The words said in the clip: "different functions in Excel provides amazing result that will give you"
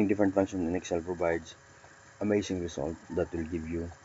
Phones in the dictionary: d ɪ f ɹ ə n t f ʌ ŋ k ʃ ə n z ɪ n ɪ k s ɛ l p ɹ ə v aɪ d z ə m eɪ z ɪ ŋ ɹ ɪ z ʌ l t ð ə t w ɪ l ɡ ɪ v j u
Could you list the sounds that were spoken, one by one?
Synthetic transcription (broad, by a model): d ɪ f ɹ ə n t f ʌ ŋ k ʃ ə n ɪ n ɪ k s ɛ l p ɹ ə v aɪ d s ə m eɪ s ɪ ŋ ɹ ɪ s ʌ l t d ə t w ɪ l ɡ ɪ v j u